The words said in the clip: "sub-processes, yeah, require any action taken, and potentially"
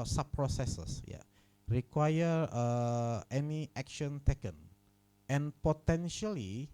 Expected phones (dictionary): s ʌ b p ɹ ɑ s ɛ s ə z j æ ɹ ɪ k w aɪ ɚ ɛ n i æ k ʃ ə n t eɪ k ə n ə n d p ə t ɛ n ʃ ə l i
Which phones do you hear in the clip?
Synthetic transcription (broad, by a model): s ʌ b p ɹ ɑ s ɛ s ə s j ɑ ɹ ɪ k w aɪ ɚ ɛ n i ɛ k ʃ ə n t eɪ k ə n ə n p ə t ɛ n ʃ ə l i